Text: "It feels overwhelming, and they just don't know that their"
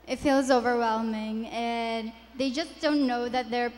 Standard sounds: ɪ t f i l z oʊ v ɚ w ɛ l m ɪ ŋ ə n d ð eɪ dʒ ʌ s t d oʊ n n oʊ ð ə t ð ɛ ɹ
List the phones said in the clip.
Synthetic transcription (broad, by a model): ɪ t f i l z oʊ v ɚ w ɛ l m ɪ ŋ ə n ð eɪ dʒ ʌ s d oʊ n n oʊ ð ə t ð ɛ ɹ